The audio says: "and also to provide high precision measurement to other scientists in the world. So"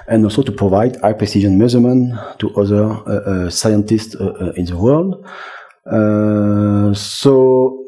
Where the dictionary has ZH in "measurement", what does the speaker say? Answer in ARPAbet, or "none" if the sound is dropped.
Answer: Z